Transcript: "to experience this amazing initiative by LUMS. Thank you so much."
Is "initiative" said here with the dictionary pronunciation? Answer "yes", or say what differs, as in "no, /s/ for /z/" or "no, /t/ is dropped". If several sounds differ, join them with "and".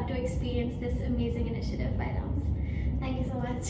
yes